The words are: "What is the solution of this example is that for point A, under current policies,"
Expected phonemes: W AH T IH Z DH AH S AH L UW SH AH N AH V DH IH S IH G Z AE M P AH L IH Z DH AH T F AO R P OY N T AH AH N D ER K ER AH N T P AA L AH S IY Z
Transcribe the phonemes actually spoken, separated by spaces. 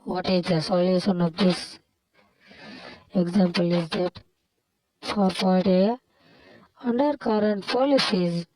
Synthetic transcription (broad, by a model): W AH T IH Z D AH S AH L UW SH AH N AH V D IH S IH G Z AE M P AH L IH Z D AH T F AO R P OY T AH AH N D ER K ER AH N T P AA L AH S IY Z